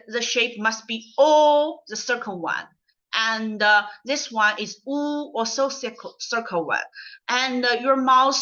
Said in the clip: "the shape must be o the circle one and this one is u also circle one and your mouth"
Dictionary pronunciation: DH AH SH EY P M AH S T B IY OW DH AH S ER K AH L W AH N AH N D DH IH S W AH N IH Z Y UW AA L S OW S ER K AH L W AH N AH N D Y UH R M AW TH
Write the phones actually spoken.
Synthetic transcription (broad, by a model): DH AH SH EY P M AH S T B IY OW DH AH S ER K AH L W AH N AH N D DH IH S W AH N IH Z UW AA S OW S ER K AH L W AH N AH N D Y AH R M AW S